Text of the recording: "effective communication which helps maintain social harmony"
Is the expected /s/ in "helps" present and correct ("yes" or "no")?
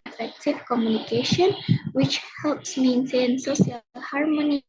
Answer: yes